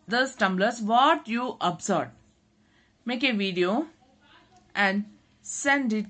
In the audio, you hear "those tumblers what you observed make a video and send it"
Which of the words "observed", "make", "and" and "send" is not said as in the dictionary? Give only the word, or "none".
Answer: observed